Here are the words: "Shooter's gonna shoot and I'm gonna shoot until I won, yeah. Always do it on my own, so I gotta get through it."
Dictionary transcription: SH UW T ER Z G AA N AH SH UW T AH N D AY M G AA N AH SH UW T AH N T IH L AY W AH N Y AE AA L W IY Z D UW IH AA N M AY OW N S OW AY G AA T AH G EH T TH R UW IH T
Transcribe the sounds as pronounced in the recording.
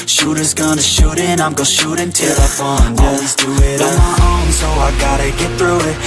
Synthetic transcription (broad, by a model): SH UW T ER Z G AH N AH SH UW T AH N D AY M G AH SH UW T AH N T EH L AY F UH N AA W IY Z D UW IH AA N M AY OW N S OW AY G AA T AH G EH T TH R UW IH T